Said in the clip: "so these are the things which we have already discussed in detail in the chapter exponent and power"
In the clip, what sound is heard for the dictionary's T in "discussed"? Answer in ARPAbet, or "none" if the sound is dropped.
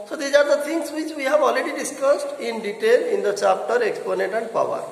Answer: T